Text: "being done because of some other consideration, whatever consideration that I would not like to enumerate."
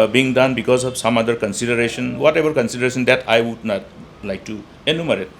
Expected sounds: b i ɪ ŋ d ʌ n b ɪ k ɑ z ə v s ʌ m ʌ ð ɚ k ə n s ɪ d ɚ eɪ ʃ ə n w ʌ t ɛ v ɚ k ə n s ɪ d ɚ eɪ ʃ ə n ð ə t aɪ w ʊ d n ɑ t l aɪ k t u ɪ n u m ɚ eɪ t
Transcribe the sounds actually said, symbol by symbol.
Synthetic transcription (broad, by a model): b i ŋ d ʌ n b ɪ k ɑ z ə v s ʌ m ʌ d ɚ k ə n s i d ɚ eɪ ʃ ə n w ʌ t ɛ b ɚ k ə n s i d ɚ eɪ s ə n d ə t aɪ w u d n ɑ t l aɪ k t u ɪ n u m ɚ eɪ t